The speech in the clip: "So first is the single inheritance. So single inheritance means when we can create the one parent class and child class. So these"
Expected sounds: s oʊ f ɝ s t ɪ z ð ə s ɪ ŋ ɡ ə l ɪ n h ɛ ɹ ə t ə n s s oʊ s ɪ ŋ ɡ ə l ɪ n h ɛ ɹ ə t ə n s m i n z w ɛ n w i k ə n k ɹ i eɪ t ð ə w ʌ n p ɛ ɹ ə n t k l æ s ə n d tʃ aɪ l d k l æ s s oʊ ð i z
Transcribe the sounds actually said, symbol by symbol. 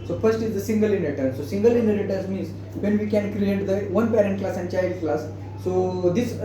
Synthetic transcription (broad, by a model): s oʊ f ɝ s t ɪ z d ə s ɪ ŋ ɡ ə l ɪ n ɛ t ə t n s s oʊ s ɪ ŋ ɡ ə l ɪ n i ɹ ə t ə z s m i n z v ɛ n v i k ə n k ɹ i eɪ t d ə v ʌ n p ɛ ɹ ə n t k l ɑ s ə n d tʃ aɪ l d k l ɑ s s oʊ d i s